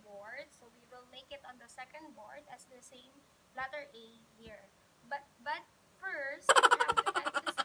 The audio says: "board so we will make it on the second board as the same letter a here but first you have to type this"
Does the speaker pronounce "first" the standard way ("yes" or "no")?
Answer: no